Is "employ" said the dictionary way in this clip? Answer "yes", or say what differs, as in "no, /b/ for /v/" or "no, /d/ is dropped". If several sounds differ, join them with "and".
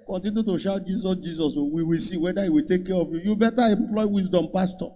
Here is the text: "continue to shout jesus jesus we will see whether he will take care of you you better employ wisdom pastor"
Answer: yes